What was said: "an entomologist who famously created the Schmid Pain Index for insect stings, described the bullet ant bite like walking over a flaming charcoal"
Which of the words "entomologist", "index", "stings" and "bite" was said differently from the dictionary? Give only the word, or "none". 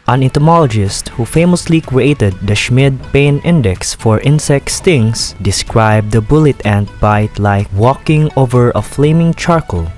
stings